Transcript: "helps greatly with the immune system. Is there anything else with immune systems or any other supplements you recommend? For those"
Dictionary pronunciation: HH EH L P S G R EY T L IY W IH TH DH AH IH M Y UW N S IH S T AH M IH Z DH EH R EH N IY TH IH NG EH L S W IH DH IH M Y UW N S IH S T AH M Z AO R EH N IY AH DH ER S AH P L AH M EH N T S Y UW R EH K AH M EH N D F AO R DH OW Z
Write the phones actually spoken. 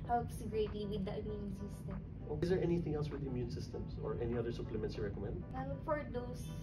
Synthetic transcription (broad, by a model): HH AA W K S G R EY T IY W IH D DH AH IH M Y UW N S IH S T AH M IH Z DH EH R EH N IY TH IH NG EH L S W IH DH IH M Y UW N S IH S T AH M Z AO R EH N IY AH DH ER S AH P L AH M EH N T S Y UW R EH K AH M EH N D F AO R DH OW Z